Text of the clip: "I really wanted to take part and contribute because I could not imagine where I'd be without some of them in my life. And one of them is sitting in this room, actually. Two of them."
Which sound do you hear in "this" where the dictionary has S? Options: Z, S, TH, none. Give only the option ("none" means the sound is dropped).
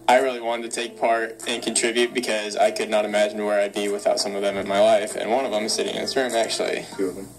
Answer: none